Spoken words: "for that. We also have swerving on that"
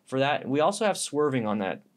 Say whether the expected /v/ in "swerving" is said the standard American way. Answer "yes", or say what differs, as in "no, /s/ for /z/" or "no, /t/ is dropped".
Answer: yes